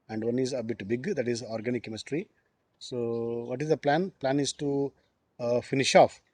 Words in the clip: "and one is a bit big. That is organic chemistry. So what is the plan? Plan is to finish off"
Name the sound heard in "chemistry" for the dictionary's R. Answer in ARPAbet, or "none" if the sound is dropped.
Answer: R